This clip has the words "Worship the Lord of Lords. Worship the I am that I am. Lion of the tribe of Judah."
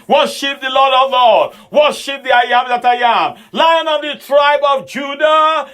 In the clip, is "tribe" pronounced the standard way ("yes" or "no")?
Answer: yes